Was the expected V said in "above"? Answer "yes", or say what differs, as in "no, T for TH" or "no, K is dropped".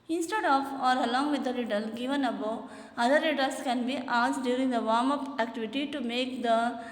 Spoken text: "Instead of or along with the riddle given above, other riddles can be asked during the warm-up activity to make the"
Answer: no, V is dropped